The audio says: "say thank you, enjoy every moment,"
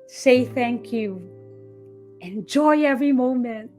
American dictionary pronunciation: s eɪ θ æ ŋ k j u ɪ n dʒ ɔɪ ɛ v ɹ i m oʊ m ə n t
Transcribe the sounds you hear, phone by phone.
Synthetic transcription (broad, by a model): s eɪ θ æ ŋ k j u ɪ n dʒ ɔɪ ɛ v ɹ i m oʊ m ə n t